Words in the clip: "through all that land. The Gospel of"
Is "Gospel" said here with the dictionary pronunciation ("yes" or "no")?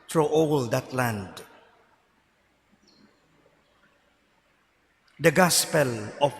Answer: yes